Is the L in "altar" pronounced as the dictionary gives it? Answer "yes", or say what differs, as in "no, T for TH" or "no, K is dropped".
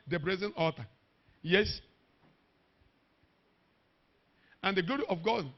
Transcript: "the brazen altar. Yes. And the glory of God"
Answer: no, L is dropped